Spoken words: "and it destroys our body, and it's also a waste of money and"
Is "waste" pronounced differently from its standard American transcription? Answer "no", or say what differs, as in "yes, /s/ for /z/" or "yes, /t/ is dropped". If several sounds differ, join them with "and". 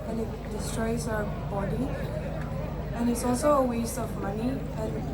no